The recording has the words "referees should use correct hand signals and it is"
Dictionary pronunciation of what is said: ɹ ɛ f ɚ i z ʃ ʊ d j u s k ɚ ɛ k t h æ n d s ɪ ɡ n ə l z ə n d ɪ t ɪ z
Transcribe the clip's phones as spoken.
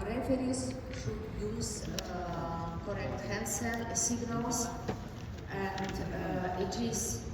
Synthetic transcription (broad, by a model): ɹ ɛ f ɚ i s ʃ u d j u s k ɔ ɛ k t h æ n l s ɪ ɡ n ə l s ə n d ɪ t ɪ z